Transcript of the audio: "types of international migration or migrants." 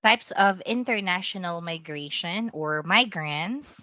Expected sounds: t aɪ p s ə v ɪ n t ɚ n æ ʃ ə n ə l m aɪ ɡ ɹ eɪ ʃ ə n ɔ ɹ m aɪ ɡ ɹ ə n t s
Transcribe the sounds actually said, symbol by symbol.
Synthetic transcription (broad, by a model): t aɪ p s ə v ɪ n t ɚ n æ ʃ ə n ə l m aɪ ɡ ɹ eɪ ʃ ə n ɔ ɹ m aɪ ɡ ɹ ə n t s